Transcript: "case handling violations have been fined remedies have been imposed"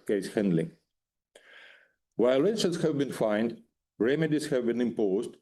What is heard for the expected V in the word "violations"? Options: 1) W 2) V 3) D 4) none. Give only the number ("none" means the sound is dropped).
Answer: 1